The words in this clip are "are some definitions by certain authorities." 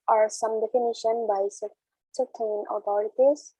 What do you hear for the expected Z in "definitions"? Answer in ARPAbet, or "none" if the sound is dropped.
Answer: none